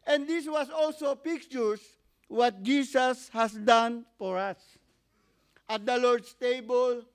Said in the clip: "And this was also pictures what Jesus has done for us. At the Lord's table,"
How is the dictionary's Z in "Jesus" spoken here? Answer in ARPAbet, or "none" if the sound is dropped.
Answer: S